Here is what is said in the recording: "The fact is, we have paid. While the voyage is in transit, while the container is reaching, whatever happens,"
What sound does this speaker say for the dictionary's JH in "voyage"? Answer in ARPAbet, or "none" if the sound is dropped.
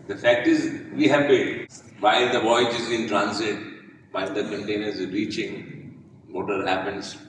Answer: JH